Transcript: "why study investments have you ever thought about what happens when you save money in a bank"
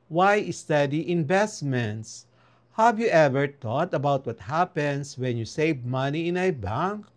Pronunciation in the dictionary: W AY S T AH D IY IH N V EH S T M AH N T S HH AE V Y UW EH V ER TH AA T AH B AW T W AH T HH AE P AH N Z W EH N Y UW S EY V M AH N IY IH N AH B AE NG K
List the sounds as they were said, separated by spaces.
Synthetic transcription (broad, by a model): W AY S T AH D IY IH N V EH S T M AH N T S HH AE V Y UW EH V ER T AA T AH B AW T W AH T HH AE P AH N S W EH N Y UW S EY V M AH N IY IH N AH B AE NG K